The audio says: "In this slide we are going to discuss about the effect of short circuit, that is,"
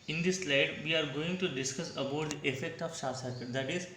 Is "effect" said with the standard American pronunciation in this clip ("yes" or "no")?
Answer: yes